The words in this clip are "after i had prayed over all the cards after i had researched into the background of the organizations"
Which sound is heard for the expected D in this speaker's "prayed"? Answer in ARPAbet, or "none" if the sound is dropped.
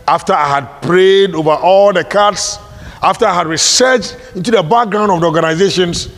D